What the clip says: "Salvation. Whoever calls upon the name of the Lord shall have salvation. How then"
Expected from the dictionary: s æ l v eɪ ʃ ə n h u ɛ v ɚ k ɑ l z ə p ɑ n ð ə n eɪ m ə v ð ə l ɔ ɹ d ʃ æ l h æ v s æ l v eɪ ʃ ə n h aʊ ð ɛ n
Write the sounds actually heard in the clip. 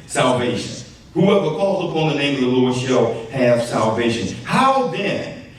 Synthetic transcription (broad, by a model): s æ l v eɪ ʃ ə n h u ɛ v ɚ k ɑ l z ə p ɑ n ð ə n eɪ m ə v ð ə l ɔ ɹ d ʃ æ l h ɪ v s æ l v eɪ ʃ ə n h aʊ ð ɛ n